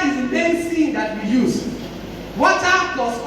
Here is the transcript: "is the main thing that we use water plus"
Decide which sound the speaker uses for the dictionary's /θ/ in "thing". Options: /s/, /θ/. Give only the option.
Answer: /s/